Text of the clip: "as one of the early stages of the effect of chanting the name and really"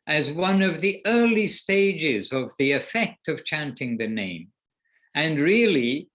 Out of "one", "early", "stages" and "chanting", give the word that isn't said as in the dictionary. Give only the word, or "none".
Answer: none